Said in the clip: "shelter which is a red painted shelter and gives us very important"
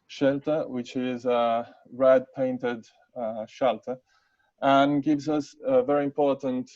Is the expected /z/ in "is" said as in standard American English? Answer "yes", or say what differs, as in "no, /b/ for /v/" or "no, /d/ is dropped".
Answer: yes